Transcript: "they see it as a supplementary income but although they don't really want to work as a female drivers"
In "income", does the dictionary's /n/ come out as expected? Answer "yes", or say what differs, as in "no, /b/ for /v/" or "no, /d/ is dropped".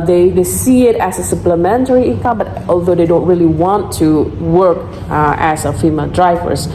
no, /n/ is dropped